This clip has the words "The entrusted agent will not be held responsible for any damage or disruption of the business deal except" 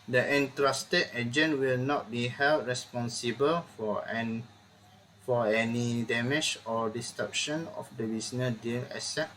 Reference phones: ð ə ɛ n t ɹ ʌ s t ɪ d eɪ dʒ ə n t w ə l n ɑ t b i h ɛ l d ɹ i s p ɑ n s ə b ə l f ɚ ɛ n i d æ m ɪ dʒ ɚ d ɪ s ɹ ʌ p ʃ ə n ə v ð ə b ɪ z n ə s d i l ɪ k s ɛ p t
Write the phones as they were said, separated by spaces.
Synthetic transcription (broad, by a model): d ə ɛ n t ɹ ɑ s t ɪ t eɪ dʒ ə n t w ə l n ɑ t b i h ɛ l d ɹ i s p ɑ n s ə b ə l f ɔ ɛ n i d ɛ m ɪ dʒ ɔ d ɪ s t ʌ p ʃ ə n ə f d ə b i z n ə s d i l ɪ s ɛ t